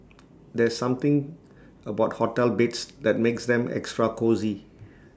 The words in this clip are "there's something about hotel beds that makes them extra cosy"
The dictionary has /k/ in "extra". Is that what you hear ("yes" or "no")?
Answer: yes